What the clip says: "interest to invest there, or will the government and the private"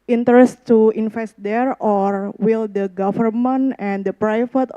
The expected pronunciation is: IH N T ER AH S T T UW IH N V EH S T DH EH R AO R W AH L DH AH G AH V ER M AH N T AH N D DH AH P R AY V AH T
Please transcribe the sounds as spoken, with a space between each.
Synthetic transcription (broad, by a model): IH N T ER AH S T T UW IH N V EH S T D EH R AO R W AH L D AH G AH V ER M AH N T AH N D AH P R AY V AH T